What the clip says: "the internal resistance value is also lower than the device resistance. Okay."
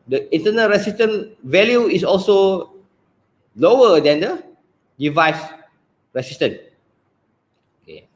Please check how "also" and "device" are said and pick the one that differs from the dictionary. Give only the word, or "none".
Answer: none